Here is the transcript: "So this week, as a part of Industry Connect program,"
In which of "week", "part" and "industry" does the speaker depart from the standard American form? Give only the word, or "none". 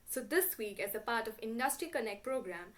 none